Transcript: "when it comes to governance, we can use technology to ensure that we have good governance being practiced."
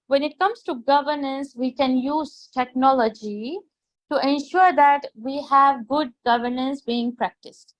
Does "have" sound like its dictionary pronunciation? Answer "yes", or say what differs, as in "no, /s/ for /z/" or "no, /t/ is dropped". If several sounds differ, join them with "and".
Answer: yes